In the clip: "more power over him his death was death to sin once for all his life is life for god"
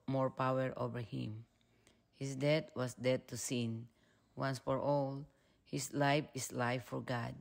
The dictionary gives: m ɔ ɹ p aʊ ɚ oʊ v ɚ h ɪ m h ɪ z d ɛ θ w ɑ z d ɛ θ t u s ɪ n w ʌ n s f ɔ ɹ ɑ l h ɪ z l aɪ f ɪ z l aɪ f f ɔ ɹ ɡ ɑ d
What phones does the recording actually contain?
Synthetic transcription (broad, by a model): m ɔ ɹ p aʊ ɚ oʊ v ɚ h ɪ m h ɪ s d ɛ t w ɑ s d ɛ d t u s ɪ n w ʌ n s f ɔ ɹ ɑ l h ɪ s l aɪ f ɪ s l aɪ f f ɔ ɹ ɡ ɑ d